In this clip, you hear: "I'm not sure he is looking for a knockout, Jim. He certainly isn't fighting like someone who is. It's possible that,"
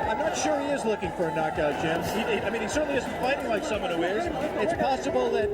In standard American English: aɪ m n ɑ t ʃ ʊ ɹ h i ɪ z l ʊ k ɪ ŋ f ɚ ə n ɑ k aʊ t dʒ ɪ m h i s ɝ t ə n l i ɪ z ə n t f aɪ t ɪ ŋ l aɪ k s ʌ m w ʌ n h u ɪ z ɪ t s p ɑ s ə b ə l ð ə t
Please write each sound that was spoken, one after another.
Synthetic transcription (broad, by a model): aɪ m n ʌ t ʃ ʊ ɹ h i ɪ z l ʊ k ɪ ŋ f ɚ ə n ɑ k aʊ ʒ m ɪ m h i s ɝ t n l i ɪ z n t f aɪ t ɪ ŋ l aɪ k s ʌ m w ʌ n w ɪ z ɪ t s p ɑ s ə b l ð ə t